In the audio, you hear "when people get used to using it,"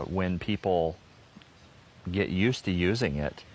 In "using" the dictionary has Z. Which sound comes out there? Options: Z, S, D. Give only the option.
Z